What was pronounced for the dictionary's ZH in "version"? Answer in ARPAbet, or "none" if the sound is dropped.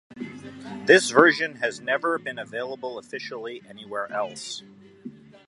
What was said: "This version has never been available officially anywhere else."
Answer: ZH